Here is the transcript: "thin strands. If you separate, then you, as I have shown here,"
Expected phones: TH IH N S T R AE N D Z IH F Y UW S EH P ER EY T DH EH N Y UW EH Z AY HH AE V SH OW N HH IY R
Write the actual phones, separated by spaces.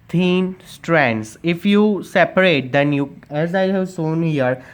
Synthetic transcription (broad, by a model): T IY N S T R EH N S IH F Y UW S EH P ER EY T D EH N Y UW EH Z AY HH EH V S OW N HH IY R